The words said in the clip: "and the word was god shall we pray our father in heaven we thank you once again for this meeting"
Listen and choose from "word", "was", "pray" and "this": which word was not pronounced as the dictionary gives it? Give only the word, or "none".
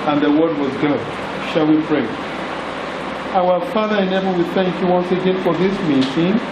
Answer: none